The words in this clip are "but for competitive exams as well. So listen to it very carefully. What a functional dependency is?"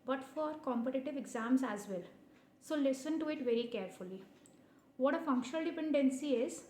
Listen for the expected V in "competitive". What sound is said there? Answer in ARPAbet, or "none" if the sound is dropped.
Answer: V